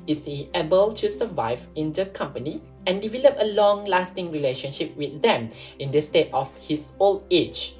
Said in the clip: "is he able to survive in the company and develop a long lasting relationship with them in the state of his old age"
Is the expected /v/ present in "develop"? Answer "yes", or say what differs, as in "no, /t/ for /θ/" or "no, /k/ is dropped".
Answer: yes